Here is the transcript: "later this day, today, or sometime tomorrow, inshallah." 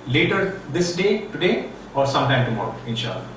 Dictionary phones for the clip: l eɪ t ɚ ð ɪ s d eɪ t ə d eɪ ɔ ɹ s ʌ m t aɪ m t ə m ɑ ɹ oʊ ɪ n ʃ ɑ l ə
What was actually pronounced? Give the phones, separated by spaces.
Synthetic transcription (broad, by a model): l eɪ t ɚ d ɪ s d eɪ t ə d eɪ ɔ ɹ s ʌ m t aɪ m t ə m ɑ ɹ oʊ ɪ n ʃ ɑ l